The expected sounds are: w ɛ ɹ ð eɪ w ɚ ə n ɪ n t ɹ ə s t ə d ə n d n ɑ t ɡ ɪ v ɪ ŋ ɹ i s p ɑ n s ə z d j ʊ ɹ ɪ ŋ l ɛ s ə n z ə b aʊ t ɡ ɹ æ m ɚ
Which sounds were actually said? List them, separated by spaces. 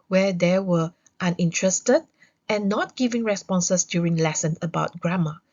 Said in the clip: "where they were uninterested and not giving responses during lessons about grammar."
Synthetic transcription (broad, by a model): w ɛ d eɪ w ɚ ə n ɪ n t ɹ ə s t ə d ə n n ɑ t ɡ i v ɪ ŋ ɹ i s p ɑ n s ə s d j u ɹ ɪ ŋ l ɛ s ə n ə b aʊ t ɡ ɹ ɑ m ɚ